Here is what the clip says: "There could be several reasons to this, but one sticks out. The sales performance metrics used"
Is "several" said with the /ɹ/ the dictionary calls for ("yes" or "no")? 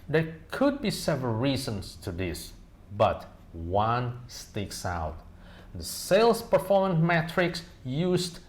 yes